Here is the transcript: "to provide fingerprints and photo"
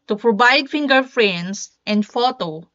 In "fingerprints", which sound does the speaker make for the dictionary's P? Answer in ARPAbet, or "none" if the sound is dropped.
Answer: F